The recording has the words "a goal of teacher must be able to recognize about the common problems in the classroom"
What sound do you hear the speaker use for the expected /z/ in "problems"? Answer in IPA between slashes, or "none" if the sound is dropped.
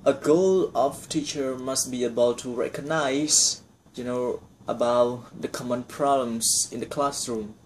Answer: /s/